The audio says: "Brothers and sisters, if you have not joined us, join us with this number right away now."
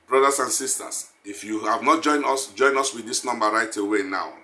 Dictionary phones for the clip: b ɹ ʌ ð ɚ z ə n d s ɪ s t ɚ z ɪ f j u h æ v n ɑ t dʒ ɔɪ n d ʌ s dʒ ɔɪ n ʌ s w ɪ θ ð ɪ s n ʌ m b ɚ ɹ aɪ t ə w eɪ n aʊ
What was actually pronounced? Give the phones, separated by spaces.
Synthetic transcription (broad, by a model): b ɹ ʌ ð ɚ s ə n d s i s t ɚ s ɪ f j u h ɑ v n ɑ t dʒ ɔɪ n d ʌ s dʒ ɔɪ n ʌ s w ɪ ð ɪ s n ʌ m b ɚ ɹ aɪ t ə w eɪ n aʊ